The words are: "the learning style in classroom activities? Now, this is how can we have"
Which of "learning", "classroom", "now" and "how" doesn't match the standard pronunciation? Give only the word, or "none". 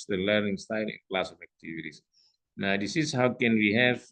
classroom